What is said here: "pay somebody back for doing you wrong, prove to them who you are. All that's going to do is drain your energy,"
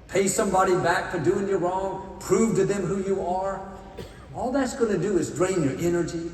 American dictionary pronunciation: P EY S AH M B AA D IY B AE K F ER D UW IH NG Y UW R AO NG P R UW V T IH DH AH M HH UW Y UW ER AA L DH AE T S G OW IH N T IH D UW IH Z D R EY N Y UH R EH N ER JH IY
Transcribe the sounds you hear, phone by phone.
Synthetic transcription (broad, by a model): P EY S AH M B AA D IY B AE K F ER D UW IH NG Y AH R AO NG P R UW V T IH DH AH M HH UW Y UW ER AA L DH AE T S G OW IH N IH D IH IH Z D R EY N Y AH R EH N ER JH IY